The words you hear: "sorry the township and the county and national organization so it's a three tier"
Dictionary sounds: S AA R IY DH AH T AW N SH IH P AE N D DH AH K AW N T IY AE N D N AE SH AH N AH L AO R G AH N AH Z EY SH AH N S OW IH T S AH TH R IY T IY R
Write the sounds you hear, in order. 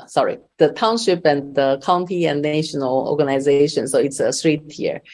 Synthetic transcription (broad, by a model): S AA R IY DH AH T AW N SH IH P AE N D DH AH K AW N T IY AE N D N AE SH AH N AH L AO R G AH N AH Z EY SH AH N S OW IH T S AH S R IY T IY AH